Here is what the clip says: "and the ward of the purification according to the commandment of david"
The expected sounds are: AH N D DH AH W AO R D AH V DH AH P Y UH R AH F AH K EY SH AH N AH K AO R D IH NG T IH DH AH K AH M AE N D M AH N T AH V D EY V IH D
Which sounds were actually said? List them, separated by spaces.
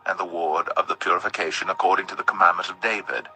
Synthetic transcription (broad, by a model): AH N DH AH W AO R D AH V DH AH P Y UH R AH F AH K EY SH AH N AH K AO R D IH NG T IH DH AH K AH M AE N M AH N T AH V D EY V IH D